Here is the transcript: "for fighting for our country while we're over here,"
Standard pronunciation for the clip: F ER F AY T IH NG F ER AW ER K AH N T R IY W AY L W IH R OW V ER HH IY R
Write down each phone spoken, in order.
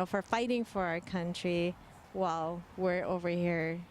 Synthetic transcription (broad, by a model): F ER F AY T IH NG F ER AW ER K AH N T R IY W AY L W IH R OW V ER HH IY R